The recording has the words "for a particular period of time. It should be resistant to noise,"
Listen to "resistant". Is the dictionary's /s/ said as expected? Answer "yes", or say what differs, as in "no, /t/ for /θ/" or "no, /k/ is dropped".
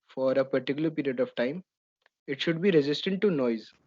yes